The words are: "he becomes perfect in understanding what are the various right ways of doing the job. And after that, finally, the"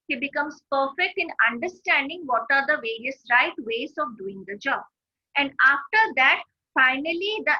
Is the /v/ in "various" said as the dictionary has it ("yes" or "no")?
yes